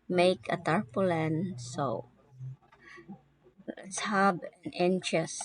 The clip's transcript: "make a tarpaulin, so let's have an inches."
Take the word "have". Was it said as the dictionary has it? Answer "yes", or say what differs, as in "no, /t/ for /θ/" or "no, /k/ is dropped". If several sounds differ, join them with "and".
no, /b/ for /v/